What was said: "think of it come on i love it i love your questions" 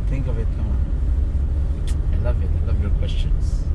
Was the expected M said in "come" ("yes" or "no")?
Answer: no